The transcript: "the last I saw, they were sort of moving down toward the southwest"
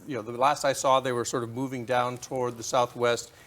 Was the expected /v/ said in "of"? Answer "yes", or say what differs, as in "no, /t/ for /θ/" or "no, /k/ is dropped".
yes